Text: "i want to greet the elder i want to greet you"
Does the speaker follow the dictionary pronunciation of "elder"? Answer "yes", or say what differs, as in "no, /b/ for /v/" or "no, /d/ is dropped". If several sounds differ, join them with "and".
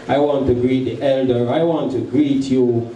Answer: yes